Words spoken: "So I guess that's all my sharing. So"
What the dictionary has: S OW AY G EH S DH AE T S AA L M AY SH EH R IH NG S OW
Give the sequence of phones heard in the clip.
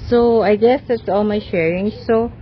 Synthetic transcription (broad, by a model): S OW AY G EH S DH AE T S AA L M AY SH EH R IH NG S OW